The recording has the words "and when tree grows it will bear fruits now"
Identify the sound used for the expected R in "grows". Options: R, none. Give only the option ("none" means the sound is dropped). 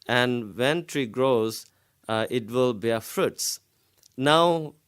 R